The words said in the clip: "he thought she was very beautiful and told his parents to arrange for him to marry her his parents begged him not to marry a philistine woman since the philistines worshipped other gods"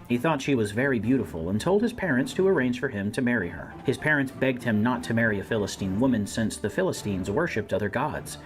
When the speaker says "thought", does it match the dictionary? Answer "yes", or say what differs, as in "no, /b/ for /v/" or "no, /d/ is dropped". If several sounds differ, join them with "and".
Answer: yes